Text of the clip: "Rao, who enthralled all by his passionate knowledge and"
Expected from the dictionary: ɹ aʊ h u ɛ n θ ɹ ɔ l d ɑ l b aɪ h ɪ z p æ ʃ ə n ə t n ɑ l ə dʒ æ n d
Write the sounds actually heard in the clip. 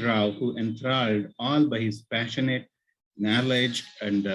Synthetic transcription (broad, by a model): ɹ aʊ h u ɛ n t ɹ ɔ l d ɑ l b aɪ h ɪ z p æ ʃ ə n ə t n ɑ l ə dʒ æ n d